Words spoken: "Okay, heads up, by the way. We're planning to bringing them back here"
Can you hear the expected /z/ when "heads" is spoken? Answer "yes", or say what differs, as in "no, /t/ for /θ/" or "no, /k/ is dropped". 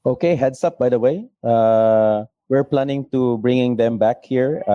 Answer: no, /s/ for /z/